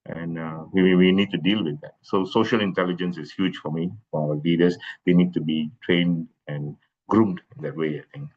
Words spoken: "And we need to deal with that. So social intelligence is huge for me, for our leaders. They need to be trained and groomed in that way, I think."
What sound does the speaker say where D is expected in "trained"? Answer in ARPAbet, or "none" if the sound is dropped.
D